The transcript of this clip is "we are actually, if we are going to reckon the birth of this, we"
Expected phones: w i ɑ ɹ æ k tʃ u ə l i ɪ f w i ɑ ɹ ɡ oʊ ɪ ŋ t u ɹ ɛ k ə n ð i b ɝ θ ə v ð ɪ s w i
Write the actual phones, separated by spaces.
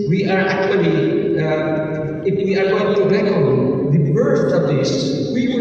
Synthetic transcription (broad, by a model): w i ɑ ɹ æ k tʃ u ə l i ɪ f w i ɑ ɹ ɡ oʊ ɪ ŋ t u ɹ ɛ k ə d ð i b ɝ t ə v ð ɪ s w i